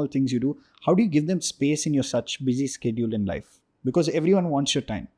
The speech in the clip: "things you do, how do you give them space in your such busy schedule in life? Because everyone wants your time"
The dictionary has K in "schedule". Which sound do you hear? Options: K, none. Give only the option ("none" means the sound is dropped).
K